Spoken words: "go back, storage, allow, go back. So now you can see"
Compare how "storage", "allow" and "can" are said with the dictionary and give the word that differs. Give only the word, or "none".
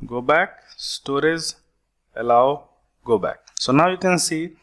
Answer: storage